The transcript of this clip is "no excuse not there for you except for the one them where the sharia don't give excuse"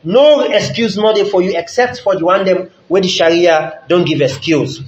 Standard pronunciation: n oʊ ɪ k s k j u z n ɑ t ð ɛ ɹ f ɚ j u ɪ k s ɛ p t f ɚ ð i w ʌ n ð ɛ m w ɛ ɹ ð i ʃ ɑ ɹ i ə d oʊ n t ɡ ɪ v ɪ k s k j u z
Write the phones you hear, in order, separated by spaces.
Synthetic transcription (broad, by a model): n oʊ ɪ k s k j u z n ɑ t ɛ f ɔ j u ɪ k s ɛ p t f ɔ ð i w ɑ n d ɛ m w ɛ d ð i ʃ ɑ ɹ i ə d oʊ n t ɡ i v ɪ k s k j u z